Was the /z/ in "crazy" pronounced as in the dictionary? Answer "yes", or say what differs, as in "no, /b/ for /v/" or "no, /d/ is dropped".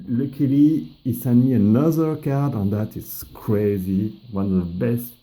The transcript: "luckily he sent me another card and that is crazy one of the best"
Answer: yes